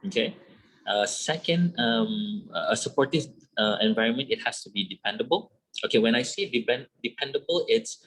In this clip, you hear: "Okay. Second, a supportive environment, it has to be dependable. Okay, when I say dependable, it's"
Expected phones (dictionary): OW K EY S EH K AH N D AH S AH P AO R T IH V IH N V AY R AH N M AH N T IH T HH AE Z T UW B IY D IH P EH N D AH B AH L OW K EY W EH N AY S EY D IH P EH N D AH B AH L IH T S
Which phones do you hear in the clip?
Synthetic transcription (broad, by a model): OW K EY S EH K AH N D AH S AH P AO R T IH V IH N V AY R AH N M AH N T IH T HH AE S T UW B IY D IH P EH N D AH B AH L OW K EY W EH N AY S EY D IH P EH N D AH B AH L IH T S